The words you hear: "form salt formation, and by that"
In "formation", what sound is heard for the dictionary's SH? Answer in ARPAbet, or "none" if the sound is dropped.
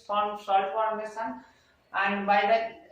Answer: S